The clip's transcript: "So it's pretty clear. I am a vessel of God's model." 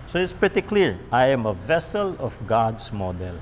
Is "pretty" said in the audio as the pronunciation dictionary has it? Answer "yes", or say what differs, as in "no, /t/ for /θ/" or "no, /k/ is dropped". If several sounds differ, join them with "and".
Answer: yes